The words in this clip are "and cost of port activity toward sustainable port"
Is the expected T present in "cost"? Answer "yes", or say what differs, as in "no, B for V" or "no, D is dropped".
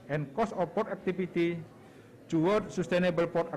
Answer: no, T is dropped